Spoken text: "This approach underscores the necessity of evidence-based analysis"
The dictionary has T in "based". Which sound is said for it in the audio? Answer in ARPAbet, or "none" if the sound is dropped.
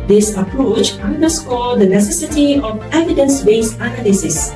none